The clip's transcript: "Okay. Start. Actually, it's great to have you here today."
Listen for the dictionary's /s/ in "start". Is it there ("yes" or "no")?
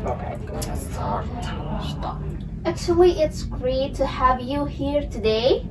no